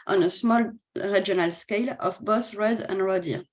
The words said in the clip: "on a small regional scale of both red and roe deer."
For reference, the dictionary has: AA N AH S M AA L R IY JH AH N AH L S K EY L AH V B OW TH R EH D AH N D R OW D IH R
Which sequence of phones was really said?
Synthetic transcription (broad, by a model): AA N AH S M AA L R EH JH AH N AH L S K EY L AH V B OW S R EH D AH N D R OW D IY